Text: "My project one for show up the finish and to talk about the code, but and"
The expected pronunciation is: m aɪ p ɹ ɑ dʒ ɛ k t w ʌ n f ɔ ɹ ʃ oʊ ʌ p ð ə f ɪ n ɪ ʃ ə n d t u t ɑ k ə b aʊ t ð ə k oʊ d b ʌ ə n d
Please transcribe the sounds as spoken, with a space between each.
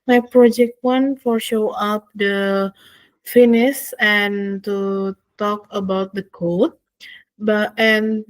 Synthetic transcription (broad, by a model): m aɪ p ɹ ɑ dʒ ɛ k t w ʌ n f ɔ ɹ ʃ oʊ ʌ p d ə f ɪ n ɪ s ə n t u t ɑ k ə b aʊ t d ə k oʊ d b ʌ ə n